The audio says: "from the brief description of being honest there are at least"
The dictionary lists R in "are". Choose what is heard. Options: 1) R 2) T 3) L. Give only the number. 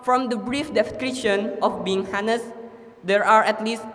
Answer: 1